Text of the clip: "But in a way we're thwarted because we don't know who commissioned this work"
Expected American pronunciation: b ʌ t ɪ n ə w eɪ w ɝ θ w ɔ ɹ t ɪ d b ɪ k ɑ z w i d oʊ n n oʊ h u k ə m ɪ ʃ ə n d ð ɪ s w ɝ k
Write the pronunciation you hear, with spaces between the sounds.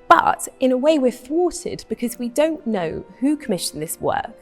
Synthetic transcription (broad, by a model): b ʌ t ɪ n ə w eɪ w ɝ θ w ɔ t ɪ d b ɪ k ɑ z w i d oʊ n n oʊ h u k ə m ɪ ʃ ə n ð ɪ s w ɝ